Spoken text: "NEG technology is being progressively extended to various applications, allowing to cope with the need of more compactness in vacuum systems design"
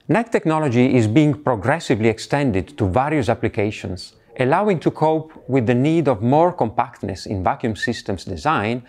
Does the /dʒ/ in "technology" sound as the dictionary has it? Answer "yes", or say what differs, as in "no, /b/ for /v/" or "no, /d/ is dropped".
yes